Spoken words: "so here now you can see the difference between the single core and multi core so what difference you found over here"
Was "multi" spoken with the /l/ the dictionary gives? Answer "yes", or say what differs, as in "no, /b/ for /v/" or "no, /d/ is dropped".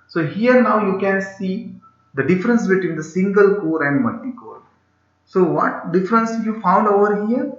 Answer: no, /l/ is dropped